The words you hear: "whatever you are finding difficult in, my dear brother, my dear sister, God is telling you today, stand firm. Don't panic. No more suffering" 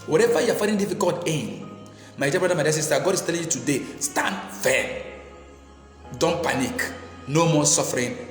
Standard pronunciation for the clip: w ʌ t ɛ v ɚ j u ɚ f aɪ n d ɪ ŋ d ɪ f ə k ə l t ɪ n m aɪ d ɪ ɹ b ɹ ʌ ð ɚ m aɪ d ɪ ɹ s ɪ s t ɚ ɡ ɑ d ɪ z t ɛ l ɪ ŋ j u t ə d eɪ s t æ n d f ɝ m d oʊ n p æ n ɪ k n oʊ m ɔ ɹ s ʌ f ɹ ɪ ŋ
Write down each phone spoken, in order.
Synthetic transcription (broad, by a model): w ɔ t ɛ v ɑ j u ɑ f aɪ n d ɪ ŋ d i f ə k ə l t ɪ n m aɪ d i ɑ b ɹ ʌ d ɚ m aɪ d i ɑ s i s t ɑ ɡ ɑ d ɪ s t ɛ l ɪ ŋ j u t ə d eɪ s t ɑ n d f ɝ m d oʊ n p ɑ n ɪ k n oʊ m ɔ s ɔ f ɹ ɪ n